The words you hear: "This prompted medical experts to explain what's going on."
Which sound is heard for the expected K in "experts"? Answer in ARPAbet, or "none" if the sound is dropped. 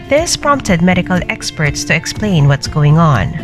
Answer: K